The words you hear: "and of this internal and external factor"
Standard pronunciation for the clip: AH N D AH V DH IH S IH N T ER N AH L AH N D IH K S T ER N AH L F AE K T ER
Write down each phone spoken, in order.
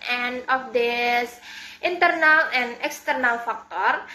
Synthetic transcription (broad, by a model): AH N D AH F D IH S IH N T ER N AH L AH N IH K S T ER N AH L F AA K T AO